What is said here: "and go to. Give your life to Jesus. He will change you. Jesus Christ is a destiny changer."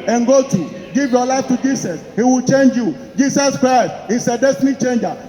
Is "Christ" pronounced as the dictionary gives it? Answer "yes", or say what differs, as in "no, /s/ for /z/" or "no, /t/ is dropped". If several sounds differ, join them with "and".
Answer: yes